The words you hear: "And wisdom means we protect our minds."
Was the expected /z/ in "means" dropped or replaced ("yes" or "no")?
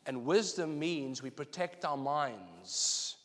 no